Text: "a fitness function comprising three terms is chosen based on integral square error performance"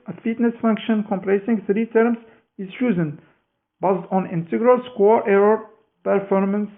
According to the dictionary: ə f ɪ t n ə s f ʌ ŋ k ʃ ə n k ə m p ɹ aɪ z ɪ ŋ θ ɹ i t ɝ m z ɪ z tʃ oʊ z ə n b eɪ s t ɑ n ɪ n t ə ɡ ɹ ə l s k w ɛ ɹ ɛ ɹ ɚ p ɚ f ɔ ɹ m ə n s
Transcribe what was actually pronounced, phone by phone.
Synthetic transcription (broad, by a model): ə f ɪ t n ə s f ʌ ŋ k ʃ ə n k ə m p l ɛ s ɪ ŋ θ ɹ i t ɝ m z ɪ z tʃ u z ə n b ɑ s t ɑ n ɪ n t ə ɡ ɹ ə l s k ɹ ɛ ɹ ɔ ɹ p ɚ f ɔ ɹ m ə n s